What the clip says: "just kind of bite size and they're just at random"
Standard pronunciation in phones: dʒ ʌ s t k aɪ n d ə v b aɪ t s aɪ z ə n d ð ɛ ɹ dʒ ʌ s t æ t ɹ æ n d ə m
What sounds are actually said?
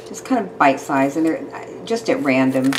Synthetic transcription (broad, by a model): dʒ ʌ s k aɪ n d ə v b aɪ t s aɪ z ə n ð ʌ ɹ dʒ ʌ s t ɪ t ɹ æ n d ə m